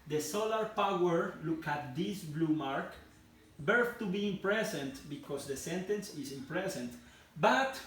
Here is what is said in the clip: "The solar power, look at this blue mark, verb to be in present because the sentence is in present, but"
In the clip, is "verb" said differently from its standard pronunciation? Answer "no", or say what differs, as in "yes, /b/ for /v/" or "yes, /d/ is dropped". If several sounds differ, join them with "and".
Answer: yes, /b/ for /v/